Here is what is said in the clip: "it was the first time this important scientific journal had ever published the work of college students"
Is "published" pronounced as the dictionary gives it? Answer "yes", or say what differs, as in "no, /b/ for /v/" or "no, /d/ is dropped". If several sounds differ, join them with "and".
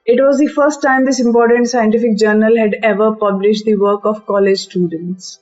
yes